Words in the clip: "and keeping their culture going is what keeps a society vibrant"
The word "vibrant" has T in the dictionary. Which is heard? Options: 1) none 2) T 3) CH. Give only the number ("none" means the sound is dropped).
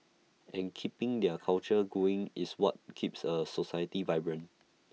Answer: 1